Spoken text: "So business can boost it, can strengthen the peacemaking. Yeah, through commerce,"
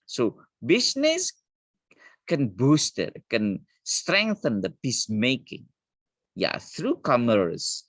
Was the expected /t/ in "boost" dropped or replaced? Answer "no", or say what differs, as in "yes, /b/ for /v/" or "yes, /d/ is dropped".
no